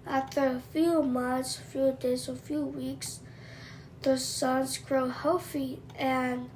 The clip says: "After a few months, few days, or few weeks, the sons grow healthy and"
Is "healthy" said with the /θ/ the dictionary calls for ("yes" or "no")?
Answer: no